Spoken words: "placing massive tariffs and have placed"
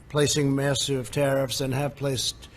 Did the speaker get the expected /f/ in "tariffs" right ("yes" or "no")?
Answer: yes